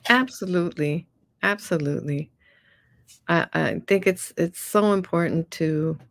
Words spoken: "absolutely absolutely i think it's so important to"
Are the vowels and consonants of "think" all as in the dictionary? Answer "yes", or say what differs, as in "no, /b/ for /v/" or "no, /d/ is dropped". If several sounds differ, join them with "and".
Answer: yes